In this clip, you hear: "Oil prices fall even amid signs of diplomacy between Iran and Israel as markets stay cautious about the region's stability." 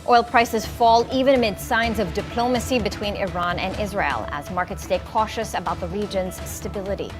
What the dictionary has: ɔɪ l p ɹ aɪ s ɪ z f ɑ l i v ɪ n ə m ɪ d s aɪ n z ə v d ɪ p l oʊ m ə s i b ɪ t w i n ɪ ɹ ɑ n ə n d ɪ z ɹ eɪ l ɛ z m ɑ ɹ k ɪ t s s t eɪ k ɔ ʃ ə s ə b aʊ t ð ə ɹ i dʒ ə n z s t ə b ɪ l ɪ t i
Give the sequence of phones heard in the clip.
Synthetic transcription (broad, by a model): ɔɪ l p ɹ aɪ s ɪ z f ɑ l i v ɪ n ə m ɪ d s aɪ n z ə v d ɪ p l oʊ m ə s i b ɪ t w i n ɪ ɹ ɑ n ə n ɪ z ɹ eɪ l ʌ z m ɑ ɹ k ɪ t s s t eɪ k ɔ ʃ ə s ə b aʊ t ð ə ɹ i dʒ ə n z s t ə b ɪ l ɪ t i